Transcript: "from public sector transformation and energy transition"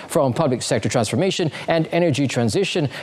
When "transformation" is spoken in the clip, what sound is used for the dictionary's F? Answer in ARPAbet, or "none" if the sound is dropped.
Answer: F